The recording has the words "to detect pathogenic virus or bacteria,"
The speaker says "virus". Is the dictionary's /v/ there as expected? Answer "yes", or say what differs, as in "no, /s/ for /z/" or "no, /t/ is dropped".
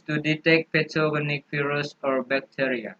no, /f/ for /v/